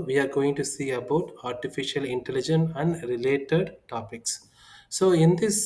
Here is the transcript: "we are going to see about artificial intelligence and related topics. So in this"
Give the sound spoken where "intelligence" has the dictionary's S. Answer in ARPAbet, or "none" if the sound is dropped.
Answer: none